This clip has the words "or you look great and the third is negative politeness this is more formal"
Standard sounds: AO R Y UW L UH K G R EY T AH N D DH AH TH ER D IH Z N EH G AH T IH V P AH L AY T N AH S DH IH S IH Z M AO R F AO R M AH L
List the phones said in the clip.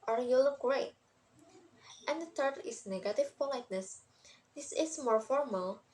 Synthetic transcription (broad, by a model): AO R Y UW L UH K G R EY T AH N D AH T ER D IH S N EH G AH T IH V P AH L AY T N AH S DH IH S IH S M AO R F AO R M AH L